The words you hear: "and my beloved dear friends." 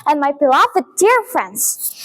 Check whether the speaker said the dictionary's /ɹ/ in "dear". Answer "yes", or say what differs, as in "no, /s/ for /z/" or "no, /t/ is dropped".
yes